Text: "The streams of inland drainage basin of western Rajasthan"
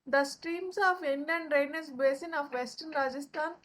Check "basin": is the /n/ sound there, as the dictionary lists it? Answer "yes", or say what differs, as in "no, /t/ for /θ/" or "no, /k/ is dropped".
yes